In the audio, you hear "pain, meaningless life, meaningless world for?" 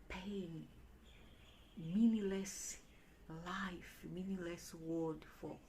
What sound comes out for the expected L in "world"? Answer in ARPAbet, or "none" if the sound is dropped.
none